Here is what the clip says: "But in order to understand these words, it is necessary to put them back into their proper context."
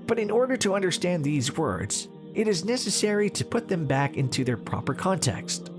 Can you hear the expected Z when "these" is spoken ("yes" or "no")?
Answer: yes